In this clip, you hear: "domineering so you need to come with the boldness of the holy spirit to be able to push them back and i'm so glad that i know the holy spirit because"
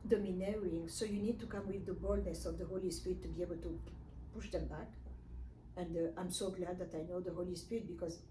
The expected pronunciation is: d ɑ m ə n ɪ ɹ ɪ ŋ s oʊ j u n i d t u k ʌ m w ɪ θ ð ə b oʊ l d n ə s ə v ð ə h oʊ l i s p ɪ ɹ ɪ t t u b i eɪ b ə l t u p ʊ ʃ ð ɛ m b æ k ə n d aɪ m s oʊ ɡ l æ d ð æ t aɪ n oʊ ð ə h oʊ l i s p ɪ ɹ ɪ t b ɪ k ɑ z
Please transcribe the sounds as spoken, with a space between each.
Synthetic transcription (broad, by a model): d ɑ m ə n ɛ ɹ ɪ ŋ s oʊ j u n i d t u k ʌ m w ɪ ð ə b oʊ l d n ə s ə v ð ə h oʊ l i s p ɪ ɹ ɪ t t u b i eɪ b ə l t u p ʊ ʃ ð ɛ m b æ k ə n d aɪ m s oʊ ɡ l æ d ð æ t aɪ n oʊ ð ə h oʊ l i s p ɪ ɹ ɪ t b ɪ k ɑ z